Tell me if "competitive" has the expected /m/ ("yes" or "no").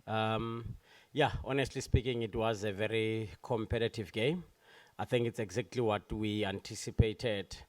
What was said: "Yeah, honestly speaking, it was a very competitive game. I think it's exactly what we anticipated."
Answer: yes